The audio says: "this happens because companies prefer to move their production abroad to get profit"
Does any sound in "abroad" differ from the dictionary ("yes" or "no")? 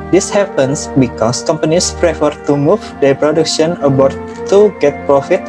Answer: yes